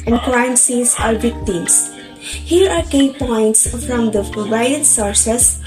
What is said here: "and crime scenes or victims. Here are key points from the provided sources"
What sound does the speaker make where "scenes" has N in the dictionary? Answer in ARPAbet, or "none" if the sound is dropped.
none